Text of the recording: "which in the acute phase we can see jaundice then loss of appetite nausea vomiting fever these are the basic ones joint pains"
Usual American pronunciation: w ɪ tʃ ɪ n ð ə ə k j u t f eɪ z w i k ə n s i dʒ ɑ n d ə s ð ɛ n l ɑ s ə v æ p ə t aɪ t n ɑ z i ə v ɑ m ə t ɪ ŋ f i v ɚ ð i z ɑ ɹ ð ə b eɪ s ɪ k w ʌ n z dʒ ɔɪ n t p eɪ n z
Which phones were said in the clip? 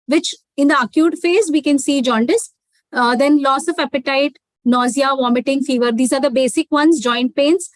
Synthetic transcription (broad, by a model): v ɪ tʃ ɪ n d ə ə k j u t f eɪ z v i k ə n s i dʒ ɑ n d ə s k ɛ n l ɑ s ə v æ p ə t aɪ t n ɑ z i ə v ɑ m ə t ɪ ŋ f i v ɚ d i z ɑ ɹ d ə b eɪ s ɪ k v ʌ n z dʒ ɔɪ n t p eɪ n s